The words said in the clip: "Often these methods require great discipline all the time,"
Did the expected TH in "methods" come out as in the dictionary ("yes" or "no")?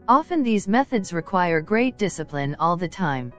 yes